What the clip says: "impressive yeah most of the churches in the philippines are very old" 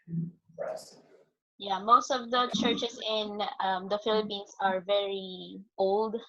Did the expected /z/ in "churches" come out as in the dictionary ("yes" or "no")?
no